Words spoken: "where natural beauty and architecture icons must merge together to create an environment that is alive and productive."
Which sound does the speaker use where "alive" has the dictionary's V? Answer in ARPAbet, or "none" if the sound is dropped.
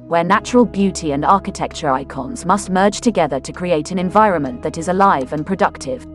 V